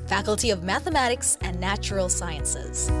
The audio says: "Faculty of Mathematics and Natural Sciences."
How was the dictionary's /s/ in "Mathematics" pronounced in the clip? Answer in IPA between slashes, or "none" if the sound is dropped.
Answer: /s/